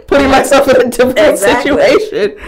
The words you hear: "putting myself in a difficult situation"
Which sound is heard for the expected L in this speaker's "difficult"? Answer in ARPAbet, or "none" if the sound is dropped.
N